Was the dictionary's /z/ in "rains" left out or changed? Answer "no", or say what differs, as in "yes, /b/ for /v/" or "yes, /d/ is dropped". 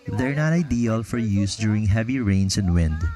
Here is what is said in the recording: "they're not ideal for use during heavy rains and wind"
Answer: yes, /s/ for /z/